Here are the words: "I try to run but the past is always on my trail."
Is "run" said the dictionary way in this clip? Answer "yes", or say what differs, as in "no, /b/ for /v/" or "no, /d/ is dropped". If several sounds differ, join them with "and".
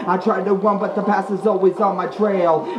no, /w/ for /ɹ/